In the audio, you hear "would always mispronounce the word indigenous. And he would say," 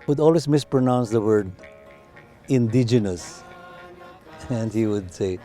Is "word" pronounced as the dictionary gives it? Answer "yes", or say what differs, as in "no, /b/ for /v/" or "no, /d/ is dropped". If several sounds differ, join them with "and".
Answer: yes